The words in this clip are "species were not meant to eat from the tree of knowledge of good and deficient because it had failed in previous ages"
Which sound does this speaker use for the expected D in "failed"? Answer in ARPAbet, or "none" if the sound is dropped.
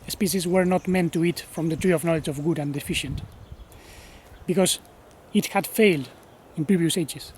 D